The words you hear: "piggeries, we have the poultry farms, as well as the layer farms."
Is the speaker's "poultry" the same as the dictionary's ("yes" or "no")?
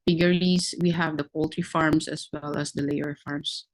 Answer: yes